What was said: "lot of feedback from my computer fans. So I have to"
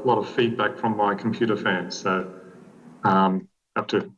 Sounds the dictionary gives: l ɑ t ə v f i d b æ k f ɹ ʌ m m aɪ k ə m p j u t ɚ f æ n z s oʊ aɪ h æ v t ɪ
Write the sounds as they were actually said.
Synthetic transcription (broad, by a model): l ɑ t ə v f i d b æ k f ɹ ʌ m m aɪ k m p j u t ɚ f æ n z s oʊ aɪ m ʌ p t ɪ